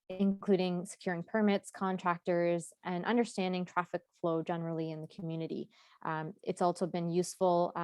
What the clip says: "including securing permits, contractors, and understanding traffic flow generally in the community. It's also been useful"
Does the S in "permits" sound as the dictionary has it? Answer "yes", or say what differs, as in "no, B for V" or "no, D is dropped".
yes